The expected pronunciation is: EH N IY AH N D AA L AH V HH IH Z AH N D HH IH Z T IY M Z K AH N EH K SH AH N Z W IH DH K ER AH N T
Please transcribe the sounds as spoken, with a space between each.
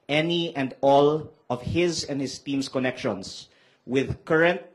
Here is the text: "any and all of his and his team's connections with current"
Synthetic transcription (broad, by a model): EH N IY AH N D AA L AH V HH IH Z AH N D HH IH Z T IY M S K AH N EH K SH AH N S W IH DH K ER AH N T